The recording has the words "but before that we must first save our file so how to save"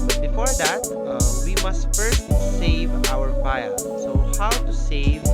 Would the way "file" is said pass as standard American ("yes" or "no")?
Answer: no